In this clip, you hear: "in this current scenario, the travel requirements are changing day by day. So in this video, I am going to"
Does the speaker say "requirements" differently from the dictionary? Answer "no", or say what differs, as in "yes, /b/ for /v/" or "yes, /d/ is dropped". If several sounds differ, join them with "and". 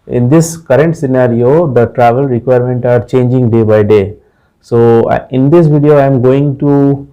yes, /s/ is dropped